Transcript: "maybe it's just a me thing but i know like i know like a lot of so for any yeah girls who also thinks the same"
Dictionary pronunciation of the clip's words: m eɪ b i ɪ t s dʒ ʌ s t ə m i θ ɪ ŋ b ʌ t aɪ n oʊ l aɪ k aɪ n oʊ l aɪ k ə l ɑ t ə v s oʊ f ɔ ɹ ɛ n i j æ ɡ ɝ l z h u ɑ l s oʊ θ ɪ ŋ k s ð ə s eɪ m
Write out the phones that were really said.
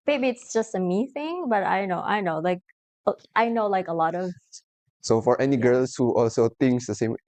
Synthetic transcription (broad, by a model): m eɪ b i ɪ t s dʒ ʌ s t ə m i θ ɪ ŋ b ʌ t aɪ n oʊ l aɪ k aɪ n oʊ l aɪ k ə l ɑ t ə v s oʊ f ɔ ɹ ɛ n i ɡ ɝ l s h u ɑ l s oʊ t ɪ ŋ k s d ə s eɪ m